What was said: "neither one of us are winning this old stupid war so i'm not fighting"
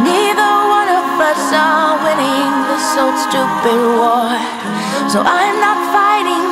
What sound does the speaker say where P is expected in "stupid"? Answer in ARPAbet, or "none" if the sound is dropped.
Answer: B